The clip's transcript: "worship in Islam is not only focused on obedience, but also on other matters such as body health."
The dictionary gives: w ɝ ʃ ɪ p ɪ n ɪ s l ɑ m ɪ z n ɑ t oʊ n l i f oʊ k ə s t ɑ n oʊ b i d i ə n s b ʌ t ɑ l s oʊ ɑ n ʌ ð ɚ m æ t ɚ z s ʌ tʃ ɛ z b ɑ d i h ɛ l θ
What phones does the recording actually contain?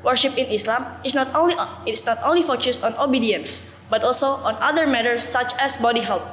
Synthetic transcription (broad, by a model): w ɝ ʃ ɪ p ɪ n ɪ s l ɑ m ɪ s n ɑ t oʊ n l i f oʊ k ə s t ɑ n oʊ b i d i ə n s b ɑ t ɑ l s oʊ ɑ n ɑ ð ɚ m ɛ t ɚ s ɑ tʃ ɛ s b ɑ d i h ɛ l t